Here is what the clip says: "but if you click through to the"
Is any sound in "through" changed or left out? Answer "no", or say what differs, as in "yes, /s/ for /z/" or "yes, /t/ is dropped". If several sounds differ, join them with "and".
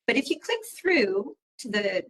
no